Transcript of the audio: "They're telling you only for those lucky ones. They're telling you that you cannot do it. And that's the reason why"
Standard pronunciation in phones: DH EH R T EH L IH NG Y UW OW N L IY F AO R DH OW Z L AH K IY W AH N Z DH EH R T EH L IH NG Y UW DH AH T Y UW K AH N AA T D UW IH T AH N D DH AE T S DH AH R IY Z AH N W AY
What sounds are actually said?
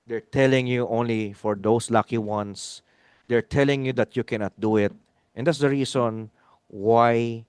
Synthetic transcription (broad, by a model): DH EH R T EH L IH NG Y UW OW N L IY F AO R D OW S L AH K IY W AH N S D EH R T EH L IH NG Y UW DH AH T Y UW K AH N AA T D UW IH T AH N D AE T S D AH R IY S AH N W AY